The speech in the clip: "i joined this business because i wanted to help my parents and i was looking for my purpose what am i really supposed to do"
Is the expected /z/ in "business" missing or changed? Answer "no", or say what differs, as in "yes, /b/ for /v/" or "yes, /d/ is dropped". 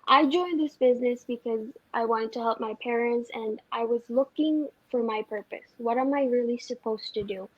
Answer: no